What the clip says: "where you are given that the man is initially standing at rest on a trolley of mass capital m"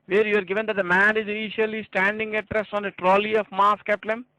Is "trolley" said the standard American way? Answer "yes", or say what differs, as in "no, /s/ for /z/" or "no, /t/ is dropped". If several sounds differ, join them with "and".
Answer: yes